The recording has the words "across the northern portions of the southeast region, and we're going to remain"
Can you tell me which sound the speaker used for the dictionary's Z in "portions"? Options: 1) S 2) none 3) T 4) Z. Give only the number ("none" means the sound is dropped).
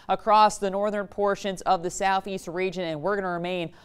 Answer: 4